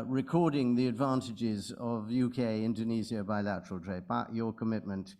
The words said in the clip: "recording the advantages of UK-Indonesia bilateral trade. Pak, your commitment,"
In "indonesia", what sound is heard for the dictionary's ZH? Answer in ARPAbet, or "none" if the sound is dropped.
Z